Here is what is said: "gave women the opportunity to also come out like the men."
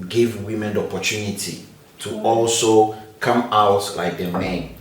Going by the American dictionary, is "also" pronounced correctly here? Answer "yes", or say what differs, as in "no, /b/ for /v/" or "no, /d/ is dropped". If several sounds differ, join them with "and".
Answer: yes